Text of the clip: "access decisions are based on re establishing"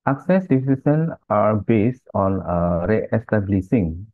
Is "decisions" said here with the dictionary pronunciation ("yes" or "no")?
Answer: no